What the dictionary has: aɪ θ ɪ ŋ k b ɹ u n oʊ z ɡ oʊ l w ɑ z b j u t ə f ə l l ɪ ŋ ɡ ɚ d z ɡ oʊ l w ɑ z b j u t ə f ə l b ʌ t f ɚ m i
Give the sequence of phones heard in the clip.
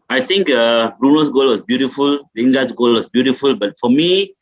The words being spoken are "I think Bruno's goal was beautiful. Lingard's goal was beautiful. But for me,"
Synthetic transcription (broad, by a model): aɪ t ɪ ŋ k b ɹ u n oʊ s ɡ oʊ l w ɑ s b j u t ə f ə l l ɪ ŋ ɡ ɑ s ɡ oʊ l w ɑ s b j u t ə f ə l b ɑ t f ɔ m i